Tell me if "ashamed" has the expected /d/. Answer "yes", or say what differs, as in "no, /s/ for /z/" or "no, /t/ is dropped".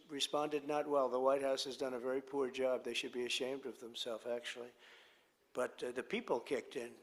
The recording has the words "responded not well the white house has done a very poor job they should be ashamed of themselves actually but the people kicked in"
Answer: yes